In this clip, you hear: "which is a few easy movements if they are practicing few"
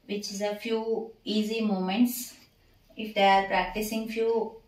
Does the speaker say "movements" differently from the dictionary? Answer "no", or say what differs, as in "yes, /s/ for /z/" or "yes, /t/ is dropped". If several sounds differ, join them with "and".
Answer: yes, /v/ is dropped